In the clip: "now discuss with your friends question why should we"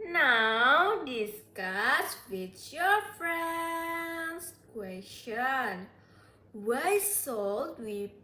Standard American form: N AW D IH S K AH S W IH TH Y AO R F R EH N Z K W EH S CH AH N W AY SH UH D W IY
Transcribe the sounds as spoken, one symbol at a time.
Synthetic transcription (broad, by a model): N AW D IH S K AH S W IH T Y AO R F R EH N S K W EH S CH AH N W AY S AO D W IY